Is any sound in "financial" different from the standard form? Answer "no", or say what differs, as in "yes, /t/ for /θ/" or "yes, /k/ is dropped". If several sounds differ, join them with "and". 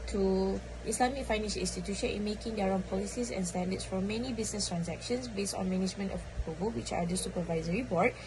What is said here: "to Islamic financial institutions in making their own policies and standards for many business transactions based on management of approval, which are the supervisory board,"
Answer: yes, /s/ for /ʃ/